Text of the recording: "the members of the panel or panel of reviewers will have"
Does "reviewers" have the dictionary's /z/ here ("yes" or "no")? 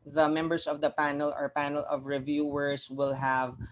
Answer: no